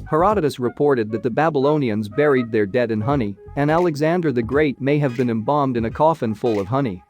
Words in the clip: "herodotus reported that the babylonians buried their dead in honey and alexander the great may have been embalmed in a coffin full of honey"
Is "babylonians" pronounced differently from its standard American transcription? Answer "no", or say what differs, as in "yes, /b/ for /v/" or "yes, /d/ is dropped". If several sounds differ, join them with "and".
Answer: no